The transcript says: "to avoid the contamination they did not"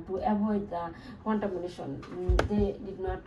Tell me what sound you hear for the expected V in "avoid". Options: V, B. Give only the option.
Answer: B